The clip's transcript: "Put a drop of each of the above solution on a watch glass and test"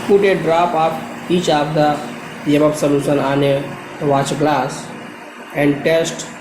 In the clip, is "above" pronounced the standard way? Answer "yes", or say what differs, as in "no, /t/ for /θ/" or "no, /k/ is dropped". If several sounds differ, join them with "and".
no, /p/ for /v/